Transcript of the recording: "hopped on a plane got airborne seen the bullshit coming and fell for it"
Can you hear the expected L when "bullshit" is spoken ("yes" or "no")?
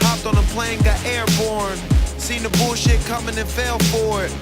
yes